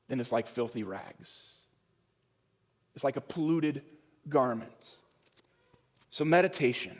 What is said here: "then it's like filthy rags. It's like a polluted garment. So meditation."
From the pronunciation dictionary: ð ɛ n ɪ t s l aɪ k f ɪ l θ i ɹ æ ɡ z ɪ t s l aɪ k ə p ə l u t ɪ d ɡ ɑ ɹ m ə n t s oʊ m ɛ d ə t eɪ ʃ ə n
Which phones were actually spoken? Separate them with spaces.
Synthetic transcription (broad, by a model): ð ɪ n ɪ t s l aɪ k f ɪ l θ i ɹ æ ɡ z ɪ t s l aɪ k ə p ə l u t ɪ d ɡ ɑ ɹ m ə n t s oʊ m ɛ d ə t eɪ ʃ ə n